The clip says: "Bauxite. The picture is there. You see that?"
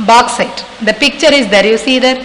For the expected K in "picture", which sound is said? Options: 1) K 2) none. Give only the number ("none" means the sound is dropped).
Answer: 1